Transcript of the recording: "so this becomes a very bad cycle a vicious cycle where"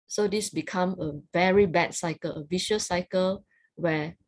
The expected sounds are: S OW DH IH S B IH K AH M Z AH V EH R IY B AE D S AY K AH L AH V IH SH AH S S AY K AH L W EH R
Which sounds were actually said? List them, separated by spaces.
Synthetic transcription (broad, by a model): S OW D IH S B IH K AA M AH V EH R IY B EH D S AY K AH L AH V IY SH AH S S AY K AH L W EH